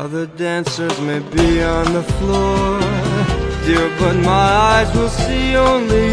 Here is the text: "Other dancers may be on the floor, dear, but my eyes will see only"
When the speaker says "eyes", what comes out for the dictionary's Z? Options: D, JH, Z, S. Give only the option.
Z